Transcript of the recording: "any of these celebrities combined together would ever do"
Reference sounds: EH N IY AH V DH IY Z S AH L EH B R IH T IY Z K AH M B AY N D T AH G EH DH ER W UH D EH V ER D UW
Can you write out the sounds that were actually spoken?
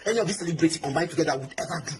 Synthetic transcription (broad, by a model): EH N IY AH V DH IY S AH L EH B R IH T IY K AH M B AY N T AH G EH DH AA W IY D EH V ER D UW